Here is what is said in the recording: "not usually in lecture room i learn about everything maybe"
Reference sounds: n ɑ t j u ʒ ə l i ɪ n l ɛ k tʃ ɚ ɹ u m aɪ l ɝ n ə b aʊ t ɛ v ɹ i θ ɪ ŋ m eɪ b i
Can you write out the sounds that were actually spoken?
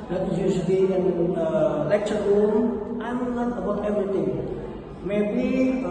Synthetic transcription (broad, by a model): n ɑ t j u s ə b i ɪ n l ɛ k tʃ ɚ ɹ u aɪ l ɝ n ə b aʊ t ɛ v ɹ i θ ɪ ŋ m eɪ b i